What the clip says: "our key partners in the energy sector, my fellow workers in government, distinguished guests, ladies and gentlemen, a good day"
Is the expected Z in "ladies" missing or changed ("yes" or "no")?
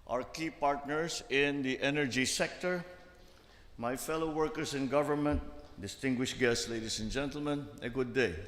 yes